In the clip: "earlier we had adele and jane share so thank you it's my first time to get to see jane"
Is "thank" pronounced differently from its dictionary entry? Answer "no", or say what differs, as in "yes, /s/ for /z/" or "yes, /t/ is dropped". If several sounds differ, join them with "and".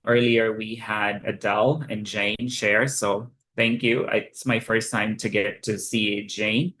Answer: no